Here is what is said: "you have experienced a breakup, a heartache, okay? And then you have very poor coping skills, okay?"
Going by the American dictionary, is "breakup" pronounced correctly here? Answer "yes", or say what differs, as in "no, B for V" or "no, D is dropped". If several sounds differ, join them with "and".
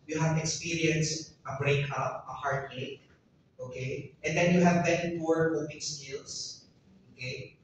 yes